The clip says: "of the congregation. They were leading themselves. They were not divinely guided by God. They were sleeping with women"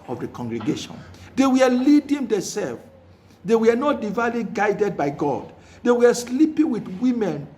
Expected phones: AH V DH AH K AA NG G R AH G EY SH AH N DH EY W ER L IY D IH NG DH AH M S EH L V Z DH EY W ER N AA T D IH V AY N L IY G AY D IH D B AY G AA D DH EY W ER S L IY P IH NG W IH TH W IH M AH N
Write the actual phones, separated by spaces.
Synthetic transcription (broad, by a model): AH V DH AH K AA NG G R AH G EY SH AH N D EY W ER L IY D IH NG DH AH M S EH L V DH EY W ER N AA T D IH V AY L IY G AY D IH D B AY G AA D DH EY W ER S L IY P IH NG W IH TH W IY M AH N